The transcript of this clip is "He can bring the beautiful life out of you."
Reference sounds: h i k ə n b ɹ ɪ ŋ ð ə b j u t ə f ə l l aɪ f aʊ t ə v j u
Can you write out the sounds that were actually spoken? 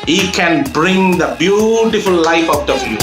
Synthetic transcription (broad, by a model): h i k ə n b ɹ ɪ ŋ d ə b j u t ə f ə l l aɪ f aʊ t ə f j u